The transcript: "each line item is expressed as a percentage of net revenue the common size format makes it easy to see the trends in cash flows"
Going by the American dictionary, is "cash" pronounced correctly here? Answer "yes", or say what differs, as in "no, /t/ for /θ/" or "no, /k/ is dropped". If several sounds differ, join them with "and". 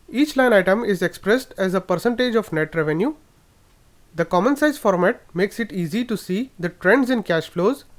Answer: yes